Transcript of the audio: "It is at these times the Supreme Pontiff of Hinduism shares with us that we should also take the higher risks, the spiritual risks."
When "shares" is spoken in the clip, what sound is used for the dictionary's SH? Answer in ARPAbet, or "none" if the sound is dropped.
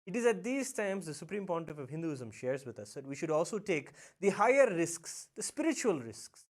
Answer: SH